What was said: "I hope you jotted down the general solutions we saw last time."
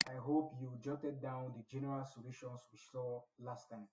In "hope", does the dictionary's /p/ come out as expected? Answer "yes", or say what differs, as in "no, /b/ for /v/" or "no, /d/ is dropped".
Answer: yes